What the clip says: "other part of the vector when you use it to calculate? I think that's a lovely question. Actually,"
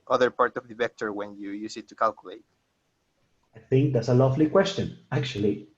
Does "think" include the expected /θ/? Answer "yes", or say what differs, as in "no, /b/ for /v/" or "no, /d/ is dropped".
yes